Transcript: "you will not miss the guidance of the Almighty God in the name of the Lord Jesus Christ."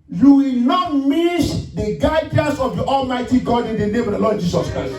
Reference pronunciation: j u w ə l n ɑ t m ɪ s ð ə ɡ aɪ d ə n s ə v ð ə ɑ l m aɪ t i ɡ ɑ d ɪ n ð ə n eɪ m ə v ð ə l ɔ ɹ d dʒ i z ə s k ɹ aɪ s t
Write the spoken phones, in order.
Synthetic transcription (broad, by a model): j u w ə l n ɑ t m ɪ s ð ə ɡ aɪ d ə n s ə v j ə ɑ l m aɪ t i ɡ ɑ d ɪ n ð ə n eɪ m ə v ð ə l ɔ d dʒ i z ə s k ɹ aɪ s t